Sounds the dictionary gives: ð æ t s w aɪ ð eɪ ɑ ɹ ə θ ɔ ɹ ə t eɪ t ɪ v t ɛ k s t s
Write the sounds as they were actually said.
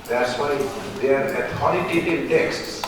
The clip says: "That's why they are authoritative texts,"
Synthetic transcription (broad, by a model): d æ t s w aɪ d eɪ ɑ ɹ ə t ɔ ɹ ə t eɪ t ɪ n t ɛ k s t s